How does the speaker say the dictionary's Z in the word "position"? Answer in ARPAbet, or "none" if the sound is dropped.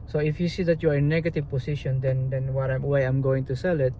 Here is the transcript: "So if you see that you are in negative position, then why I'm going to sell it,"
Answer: S